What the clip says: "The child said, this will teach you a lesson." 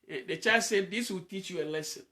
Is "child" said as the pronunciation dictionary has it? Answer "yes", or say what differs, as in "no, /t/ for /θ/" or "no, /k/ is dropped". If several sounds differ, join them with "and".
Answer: no, /l/ is dropped